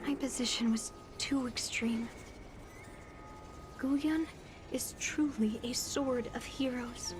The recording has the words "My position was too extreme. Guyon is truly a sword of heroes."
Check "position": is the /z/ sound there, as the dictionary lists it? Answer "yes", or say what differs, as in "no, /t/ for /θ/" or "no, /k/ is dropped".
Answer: yes